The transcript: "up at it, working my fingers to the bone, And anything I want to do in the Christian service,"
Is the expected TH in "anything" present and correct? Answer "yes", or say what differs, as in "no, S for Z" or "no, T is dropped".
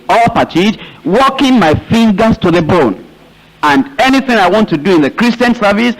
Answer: yes